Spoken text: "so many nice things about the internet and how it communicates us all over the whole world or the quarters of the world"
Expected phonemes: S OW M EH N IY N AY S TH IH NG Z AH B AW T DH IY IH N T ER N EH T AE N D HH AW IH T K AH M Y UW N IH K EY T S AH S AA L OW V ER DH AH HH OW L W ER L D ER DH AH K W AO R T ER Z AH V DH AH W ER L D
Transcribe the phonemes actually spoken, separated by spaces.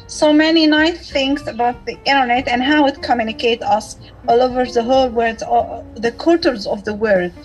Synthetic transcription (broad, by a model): S OW M EH N IY N AY S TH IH NG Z AH B AW T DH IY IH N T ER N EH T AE N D HH AW IH T K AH M Y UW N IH K EY T AH S AA L OW V ER DH AH HH OW L W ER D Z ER DH AH K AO R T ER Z AH V DH AH W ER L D